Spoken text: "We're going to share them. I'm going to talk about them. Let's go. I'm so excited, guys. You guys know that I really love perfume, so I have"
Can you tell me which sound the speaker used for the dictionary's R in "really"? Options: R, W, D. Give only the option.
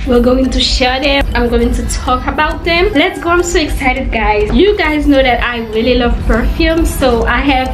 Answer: R